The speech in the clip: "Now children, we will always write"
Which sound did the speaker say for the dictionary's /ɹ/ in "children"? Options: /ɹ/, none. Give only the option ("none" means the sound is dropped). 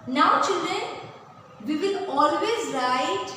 none